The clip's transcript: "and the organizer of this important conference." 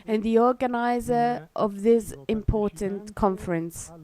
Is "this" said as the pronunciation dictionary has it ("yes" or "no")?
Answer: yes